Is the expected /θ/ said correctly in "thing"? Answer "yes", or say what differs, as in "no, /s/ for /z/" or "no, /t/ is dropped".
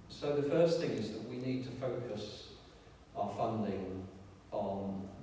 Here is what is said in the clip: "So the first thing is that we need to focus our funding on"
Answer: yes